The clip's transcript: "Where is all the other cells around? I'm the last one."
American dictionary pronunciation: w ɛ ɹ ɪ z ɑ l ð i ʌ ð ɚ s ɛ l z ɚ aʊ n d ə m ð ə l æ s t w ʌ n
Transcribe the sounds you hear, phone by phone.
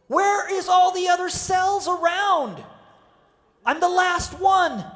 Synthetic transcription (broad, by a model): w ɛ ɹ ɪ z ɑ l ð i ʌ ð ɚ s ɛ l z ɚ aʊ n d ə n ð ə l æ s t w ʌ n